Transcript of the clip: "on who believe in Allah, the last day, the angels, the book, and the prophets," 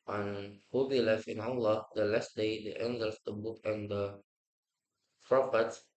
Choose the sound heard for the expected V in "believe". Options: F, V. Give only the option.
F